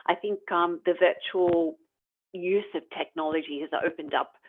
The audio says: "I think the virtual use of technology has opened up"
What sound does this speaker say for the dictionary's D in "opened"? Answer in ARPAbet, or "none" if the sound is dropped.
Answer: D